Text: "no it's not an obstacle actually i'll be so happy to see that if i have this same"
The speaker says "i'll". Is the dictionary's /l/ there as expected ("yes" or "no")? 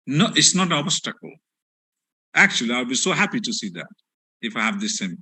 no